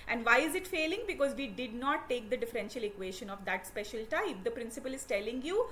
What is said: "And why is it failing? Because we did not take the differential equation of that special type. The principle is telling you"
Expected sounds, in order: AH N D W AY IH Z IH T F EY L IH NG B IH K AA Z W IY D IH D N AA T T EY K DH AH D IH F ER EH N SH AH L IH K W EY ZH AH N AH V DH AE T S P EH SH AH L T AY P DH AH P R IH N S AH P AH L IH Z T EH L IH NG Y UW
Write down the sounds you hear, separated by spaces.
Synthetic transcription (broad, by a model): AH N D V AY IH Z IH T F EY L IH NG B IH K AA Z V IY D IH D N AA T T EY K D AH D IH F ER EH N SH AH L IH K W EY SH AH N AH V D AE T S P EH SH AH L T AY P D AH P R IH N S AH P AH L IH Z T EH L IH NG Y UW